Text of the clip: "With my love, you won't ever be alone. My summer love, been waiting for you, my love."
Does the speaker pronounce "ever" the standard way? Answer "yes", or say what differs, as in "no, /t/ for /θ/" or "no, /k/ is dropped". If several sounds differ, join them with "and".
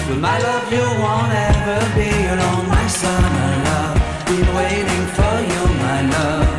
no, /v/ is dropped